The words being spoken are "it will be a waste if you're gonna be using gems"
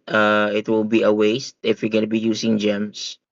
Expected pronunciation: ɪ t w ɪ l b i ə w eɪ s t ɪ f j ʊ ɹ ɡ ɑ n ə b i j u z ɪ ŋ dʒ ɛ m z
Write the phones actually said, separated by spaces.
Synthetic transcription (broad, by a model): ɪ t w ɪ l b i ə w eɪ s t ɪ f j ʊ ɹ ɡ ɑ n ə b i j u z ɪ ŋ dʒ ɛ m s